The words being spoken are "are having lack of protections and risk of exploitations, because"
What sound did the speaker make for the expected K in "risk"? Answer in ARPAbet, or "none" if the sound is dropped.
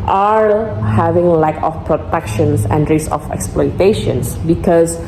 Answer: none